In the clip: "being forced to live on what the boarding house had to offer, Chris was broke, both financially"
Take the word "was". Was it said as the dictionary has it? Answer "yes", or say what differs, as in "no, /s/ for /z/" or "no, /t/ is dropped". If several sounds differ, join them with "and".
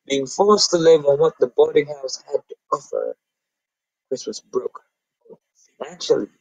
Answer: no, /s/ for /z/